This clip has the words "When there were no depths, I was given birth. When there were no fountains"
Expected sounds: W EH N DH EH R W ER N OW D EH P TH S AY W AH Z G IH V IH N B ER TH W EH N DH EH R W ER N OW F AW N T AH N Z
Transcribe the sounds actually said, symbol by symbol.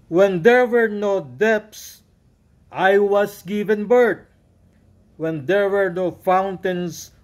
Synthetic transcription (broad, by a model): W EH N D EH R W ER N OW D EH P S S AY W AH S G IH V IH N B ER T W EH N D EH R W ER N OW F AW N T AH N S